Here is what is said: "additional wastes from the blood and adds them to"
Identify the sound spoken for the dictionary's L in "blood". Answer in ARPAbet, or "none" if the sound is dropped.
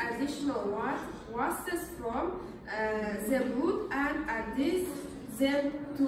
none